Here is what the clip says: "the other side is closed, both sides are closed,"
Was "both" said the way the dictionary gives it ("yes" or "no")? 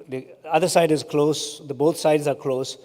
no